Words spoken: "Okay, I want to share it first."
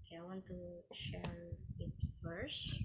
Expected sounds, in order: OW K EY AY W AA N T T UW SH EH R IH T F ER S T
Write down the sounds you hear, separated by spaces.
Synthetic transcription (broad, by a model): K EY AY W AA N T T UW SH EH R IH T F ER S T